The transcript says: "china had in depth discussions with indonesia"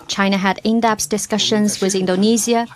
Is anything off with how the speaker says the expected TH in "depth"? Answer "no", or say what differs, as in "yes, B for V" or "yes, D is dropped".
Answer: yes, S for TH